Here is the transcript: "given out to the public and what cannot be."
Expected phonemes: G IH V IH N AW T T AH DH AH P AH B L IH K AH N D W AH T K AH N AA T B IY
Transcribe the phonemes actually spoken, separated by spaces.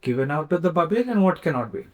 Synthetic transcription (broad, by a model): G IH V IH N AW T T AH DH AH B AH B IH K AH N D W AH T K AH N AA T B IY